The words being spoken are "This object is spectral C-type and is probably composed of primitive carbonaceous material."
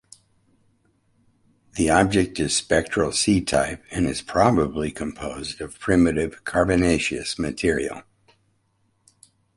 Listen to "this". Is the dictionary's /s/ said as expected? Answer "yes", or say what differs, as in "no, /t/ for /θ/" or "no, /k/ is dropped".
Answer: no, /s/ is dropped